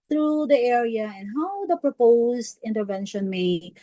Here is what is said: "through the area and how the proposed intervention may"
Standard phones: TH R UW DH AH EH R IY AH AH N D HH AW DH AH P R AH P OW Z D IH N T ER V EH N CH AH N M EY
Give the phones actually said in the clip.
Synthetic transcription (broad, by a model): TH R UW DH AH EH R IY AH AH N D HH AW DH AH P R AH P OW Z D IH N T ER V EH N SH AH N M EY